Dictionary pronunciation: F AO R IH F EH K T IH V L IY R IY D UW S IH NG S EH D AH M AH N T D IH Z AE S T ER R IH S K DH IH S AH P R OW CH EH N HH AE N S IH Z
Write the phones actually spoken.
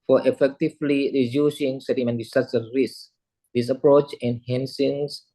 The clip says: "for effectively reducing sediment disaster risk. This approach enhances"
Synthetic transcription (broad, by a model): F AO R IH F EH K T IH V L IY R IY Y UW S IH NG S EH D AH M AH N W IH S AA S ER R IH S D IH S AH P R OW CH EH N HH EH N S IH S